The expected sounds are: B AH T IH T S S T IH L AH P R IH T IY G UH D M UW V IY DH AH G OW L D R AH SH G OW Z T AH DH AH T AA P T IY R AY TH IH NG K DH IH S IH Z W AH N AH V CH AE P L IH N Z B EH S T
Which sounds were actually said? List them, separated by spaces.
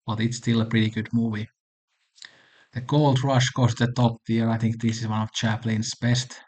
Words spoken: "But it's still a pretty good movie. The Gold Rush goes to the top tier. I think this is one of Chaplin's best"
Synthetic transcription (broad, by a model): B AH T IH T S S T IH L AH P R IH T IY G UH D M UW V IY DH AH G OW L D R AH SH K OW S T DH AH T AA P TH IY R AY TH IH NG K DH IH S IH Z W AH N AH V CH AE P L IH N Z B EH S T